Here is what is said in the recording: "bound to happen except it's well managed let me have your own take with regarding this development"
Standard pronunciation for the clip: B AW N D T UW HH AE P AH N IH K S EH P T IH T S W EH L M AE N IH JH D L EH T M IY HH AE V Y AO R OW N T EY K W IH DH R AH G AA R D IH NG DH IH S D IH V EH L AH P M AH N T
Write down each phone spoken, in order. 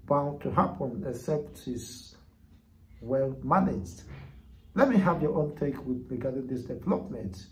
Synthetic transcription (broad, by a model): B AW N T UW HH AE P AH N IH S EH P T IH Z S W EH L M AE N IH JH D L EH T M IY HH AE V Y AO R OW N T EY K W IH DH R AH G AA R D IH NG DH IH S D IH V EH L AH P M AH N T